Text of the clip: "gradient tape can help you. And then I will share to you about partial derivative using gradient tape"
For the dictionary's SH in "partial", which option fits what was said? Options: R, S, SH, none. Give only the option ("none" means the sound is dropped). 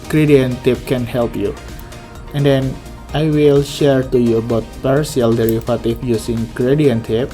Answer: S